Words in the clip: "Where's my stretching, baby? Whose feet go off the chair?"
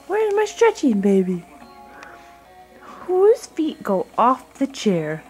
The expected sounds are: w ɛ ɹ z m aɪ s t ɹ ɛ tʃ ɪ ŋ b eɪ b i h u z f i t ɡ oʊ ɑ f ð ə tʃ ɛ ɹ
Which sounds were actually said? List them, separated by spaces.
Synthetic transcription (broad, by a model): w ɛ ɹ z m aɪ s t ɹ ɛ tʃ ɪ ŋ b eɪ b i h u z f i t ɡ oʊ ɑ f ð ə tʃ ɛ ɹ